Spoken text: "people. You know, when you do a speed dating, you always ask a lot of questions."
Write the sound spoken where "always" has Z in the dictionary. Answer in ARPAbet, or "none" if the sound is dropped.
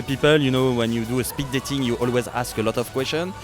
Z